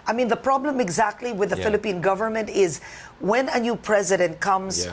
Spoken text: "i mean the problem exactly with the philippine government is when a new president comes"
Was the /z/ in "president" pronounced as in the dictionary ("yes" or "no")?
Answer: yes